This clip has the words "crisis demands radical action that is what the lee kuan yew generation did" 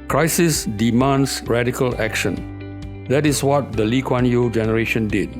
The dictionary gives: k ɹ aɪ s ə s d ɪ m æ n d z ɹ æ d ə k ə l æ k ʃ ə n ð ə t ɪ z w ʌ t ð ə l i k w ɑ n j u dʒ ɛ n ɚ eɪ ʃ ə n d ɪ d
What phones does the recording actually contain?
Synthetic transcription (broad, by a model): k ɹ aɪ s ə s d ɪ m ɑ n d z ɹ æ d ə k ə l æ k ʃ ə n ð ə t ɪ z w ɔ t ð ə l i k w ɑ n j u dʒ ɛ n ɚ eɪ ʃ ə n d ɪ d